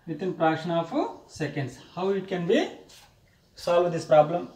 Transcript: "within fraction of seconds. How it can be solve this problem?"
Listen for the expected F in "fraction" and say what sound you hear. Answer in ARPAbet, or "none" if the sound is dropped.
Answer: P